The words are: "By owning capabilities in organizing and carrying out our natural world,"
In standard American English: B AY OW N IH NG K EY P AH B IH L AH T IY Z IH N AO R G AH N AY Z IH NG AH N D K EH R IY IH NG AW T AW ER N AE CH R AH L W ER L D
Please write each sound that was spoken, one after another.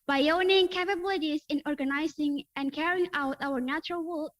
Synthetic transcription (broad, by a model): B AY OW N IH NG K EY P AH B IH L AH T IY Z IH N AO R G AH N AY Z IH NG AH N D K EH R IY IH NG AW T AW ER N AE CH R AH L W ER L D